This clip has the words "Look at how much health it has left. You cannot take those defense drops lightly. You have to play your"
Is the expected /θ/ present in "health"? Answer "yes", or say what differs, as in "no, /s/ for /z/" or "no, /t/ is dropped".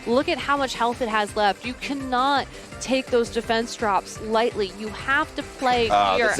yes